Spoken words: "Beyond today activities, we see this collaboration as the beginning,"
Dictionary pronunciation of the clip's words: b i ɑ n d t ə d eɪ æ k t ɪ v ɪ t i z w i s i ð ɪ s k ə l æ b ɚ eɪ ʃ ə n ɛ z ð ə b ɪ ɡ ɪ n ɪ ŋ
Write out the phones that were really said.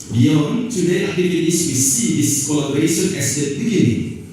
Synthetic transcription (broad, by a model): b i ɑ n t ə d eɪ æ t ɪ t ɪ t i s w i s i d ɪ s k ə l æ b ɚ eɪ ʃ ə n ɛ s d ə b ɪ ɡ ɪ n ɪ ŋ